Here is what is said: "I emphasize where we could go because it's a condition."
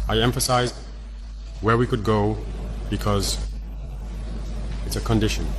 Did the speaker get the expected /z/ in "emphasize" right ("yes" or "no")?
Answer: yes